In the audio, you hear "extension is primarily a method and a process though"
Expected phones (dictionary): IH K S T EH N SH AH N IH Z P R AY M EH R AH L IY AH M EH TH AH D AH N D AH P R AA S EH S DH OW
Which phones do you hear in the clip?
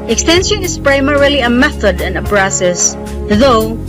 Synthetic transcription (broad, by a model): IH K S T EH N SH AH N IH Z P R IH M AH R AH L IY AH M EH TH AH D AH N AH B R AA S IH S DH OW